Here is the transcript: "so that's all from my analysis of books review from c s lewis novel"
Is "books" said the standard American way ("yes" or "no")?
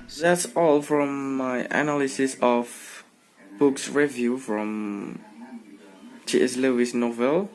yes